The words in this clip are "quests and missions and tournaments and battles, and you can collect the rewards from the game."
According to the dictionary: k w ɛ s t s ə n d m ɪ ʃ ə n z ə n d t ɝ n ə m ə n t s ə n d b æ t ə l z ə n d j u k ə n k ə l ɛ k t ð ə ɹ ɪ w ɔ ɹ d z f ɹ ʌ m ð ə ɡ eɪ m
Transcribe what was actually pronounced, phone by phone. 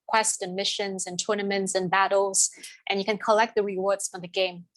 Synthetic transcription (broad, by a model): k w ɛ s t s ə n m ɪ ʃ ə n z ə n t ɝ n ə m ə n t s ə n b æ t l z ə n j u k ə n k ə l ɛ k t ð ə ɹ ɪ w ɔ ɹ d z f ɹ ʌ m ð ə ɡ eɪ m